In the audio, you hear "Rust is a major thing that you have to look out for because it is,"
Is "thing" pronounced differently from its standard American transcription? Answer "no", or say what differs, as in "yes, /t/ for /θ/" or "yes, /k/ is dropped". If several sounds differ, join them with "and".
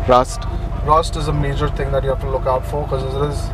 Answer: yes, /t/ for /θ/